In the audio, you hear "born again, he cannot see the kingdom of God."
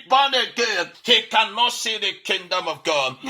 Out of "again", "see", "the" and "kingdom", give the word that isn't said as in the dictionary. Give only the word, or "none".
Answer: none